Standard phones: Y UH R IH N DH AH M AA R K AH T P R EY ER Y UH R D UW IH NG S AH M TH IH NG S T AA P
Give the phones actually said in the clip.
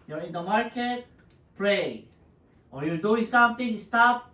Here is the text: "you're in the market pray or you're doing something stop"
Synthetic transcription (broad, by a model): Y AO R IH N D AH M AA R K AH T P R EY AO Y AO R D UW IH NG S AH M T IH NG S T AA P